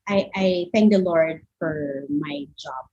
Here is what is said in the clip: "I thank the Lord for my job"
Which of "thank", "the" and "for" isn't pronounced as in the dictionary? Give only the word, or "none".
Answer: none